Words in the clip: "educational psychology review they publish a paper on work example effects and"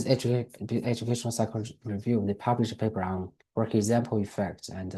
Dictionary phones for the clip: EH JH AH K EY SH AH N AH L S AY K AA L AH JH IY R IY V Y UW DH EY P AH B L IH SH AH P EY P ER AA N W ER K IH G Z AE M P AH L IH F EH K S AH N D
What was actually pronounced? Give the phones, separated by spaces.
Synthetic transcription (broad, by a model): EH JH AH K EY SH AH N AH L S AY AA AH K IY R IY V Y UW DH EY P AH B L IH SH AH P EY P ER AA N W ER K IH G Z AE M P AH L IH F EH K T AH N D